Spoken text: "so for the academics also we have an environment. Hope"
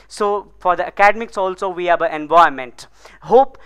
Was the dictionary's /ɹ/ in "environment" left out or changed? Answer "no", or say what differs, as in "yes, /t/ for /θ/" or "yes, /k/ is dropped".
yes, /ɹ/ is dropped